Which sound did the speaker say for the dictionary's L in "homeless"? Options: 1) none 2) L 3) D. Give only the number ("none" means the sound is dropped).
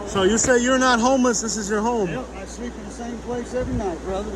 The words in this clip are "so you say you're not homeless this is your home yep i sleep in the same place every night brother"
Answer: 2